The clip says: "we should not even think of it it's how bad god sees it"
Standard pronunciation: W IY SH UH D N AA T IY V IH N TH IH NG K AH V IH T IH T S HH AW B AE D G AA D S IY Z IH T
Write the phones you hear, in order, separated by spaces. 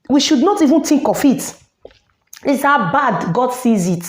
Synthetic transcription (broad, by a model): W IY SH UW D N AA T IY V IH N T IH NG K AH F IH T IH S HH AW B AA D G AA D S IY Z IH T